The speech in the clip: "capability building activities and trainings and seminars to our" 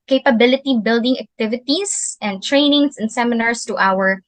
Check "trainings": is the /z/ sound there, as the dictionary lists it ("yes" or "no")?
no